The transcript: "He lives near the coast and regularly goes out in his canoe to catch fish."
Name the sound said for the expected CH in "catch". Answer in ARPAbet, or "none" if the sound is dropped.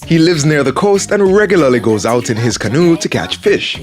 CH